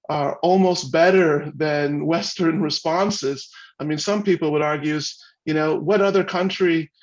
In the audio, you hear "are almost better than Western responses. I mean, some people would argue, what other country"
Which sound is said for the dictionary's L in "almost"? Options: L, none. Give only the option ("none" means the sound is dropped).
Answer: L